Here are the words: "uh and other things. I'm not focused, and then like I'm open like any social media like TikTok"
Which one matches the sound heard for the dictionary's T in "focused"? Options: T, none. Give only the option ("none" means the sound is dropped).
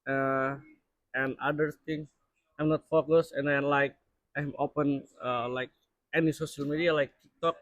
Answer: none